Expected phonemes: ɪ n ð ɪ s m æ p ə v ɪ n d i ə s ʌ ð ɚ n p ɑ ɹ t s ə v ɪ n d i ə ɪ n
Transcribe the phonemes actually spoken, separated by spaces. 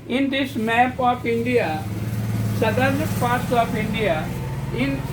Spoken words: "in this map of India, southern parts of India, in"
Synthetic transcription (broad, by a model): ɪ n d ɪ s m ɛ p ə p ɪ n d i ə s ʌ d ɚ n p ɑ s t ə p ɪ n d i ə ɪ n